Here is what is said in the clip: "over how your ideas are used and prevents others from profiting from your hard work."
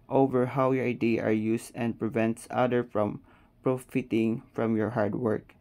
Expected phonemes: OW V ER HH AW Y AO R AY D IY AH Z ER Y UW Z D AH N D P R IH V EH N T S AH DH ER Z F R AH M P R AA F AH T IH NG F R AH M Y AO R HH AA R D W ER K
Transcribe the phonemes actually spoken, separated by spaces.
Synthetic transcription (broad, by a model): OW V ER HH AW Y AO R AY D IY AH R Y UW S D AH N D P R IH V EH N T S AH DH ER F R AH M P R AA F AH T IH NG F R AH M Y AO R HH AA R D W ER K